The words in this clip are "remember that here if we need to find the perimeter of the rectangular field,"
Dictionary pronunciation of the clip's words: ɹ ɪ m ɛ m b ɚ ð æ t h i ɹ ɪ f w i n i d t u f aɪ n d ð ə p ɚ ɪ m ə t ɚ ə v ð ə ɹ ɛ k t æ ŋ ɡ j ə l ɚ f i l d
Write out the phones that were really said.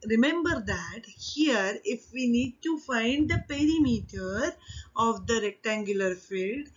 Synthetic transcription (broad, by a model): ɹ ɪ m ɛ m b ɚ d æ t h i ɹ ɪ f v i n i d t u f aɪ n d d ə p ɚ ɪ m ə t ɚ ə v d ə ɹ ɛ k t æ ŋ ɡ j ə l ɚ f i l d